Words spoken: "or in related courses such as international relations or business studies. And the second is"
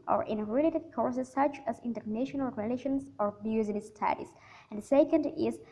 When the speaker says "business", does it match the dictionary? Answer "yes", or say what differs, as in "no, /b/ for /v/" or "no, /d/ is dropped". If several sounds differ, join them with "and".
no, /n/ is dropped